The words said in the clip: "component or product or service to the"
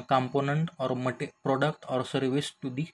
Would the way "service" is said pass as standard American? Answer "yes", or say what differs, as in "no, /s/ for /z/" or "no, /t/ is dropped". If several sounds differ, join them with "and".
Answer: yes